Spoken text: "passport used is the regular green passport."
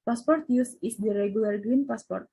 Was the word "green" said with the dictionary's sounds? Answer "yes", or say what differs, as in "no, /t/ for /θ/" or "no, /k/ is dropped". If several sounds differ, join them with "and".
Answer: yes